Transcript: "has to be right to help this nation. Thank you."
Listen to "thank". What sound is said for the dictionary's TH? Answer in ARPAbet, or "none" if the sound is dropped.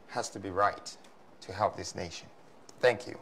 TH